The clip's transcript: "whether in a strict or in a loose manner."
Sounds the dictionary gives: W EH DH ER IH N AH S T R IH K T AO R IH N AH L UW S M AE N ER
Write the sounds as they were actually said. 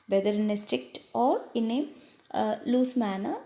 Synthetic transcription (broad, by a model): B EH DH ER IH N AH S T R IH K T AO R IH N AH L UW S M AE N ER